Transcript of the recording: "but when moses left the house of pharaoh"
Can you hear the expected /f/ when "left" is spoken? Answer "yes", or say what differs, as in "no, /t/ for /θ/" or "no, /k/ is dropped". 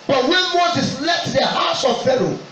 no, /f/ is dropped